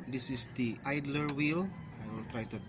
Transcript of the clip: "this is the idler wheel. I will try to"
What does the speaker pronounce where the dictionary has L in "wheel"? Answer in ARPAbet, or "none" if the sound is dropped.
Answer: L